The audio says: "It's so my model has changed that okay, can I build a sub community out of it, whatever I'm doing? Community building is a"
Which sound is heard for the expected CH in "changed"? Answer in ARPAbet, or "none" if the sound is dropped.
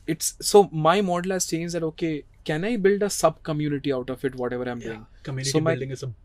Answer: S